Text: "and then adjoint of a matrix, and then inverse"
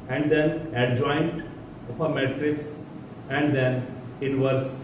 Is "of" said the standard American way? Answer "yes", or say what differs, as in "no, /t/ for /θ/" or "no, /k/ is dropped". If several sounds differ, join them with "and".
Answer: no, /p/ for /v/